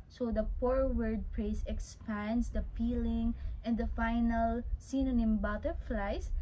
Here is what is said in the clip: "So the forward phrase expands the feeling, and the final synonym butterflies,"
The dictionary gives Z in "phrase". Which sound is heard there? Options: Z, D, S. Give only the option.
S